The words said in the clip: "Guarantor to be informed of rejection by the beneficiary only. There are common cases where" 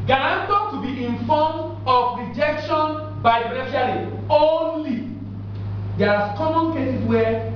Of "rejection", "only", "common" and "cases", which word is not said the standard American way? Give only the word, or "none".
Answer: cases